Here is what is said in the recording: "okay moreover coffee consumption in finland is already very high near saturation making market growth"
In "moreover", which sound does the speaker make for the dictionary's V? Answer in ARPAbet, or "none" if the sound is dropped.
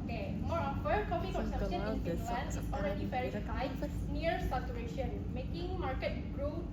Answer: F